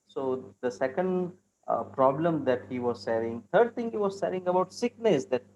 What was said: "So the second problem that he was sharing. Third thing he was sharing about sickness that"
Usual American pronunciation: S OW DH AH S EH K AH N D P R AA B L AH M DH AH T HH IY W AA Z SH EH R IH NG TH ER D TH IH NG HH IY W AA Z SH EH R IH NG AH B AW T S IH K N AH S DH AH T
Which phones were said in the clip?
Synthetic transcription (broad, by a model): S OW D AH S EH K AH N D P R AA B L AH M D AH T HH IY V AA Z S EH R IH NG T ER D T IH NG HH IY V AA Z S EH R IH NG AH B AW T S IH K N AH S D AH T